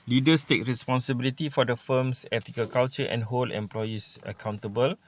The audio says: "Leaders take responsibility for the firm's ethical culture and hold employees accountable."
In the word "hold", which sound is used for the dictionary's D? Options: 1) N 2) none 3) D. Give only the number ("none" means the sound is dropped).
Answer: 2